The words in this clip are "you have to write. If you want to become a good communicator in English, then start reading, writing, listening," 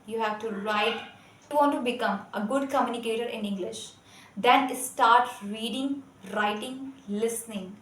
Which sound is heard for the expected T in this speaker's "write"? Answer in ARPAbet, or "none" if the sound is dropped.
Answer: T